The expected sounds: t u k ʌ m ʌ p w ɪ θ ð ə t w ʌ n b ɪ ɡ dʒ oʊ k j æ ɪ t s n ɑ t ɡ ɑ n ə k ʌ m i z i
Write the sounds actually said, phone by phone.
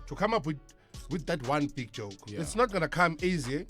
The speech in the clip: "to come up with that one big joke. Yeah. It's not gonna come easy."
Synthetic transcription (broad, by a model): t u k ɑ m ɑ p w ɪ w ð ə t w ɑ n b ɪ ɡ dʒ oʊ k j ɪ t s n ɑ t ɡ ɑ n ə k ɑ m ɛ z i